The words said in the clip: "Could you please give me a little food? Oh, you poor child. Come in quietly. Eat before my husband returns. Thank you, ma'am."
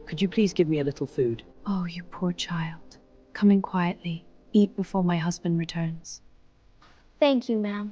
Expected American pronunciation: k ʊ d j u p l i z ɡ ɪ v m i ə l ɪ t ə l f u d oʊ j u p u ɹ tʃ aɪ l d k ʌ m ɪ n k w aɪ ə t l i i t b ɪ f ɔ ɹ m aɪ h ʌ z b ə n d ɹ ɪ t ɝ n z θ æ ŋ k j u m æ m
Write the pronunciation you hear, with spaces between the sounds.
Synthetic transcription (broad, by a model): k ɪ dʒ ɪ p l i z ɡ ɪ v m i ə l ɪ t l f u d oʊ j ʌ p u ɹ tʃ aɪ l d k ʌ m ɪ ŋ k w aɪ ə t l i i t b ɪ f ɔ ɹ m aɪ h ʌ z b ə n d ɹ ɪ t ɝ n z θ æ ŋ k j u m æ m